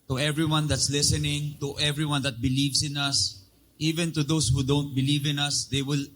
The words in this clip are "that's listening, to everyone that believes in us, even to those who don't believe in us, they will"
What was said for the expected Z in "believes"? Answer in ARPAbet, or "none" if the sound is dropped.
S